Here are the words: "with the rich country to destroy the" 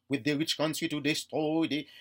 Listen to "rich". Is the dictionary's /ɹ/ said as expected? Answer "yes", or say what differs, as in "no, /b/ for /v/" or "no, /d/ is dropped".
yes